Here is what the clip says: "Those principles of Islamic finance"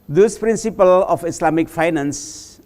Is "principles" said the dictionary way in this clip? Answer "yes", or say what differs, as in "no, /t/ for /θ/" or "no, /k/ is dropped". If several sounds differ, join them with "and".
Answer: no, /z/ is dropped